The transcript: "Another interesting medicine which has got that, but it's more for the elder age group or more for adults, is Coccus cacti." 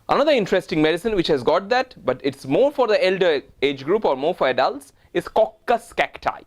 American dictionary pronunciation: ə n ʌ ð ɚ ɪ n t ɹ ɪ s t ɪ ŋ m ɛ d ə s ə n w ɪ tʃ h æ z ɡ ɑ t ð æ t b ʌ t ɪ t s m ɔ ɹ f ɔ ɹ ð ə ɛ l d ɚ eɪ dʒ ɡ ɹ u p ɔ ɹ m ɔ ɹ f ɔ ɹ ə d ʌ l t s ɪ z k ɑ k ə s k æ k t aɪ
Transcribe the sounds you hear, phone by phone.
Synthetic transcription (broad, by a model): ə n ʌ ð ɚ ɪ n t ɹ ɪ s t ɪ ŋ m ɛ d ə s ə n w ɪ tʃ h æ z ɡ ɑ t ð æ t b ʌ t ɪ t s m ɔ ɹ f ɔ ɹ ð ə ɛ l d ɚ eɪ dʒ ɡ ɹ u p ɔ ɹ m ɔ ɹ f ɔ ɹ ə d ʌ l t s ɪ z k ɑ k ə s k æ k t aɪ